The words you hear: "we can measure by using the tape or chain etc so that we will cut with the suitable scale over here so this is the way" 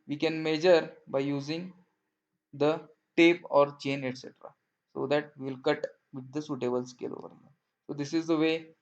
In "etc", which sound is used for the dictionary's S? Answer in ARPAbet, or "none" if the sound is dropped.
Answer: S